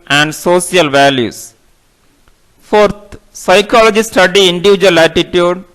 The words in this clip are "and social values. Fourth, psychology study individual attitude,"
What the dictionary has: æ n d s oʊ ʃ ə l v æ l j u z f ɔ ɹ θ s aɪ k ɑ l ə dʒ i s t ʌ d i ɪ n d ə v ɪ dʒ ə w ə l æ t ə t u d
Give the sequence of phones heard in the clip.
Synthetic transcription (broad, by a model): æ n d s oʊ s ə l v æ l j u s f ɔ ɹ t s aɪ k ɑ l ə dʒ i s t ʌ d i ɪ n d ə v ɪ dʒ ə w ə l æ t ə t u d